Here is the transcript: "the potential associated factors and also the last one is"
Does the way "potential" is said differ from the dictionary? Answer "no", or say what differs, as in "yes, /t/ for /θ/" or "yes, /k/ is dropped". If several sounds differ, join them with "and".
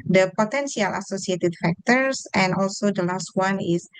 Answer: yes, /s/ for /ʃ/